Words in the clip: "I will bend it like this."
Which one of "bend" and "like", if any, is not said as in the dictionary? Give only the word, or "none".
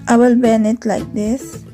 bend